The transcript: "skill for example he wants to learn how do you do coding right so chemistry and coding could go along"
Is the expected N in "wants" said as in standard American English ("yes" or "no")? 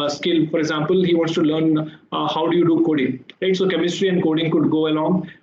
no